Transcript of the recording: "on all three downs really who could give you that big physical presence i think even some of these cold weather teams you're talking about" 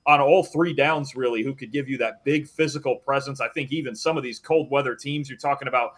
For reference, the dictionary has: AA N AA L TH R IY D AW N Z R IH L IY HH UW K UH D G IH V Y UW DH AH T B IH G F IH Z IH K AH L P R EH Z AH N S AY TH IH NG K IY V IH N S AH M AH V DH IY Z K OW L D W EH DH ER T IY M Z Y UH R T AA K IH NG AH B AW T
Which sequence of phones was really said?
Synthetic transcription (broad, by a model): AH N AA L TH R IY D AW N Z R IH L IY HH UW K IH D G IH V Y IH DH AH T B IH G F IH Z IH K L P R EH Z AH N S AY TH IH NG K IY V IH N S AH M AH V DH IY Z K OW L D W EH DH ER T IY M Z Y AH R T AA K IH NG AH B AW T